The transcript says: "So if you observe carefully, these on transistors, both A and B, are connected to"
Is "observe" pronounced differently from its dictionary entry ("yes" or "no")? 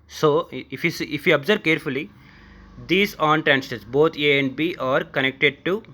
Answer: yes